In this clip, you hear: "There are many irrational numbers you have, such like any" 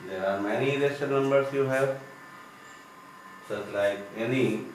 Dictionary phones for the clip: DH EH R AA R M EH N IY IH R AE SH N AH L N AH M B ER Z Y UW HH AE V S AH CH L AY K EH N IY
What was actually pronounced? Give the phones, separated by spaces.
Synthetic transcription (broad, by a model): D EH R AA R M EH N IY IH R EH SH AH N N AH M B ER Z Y UW HH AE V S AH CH L AY K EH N IY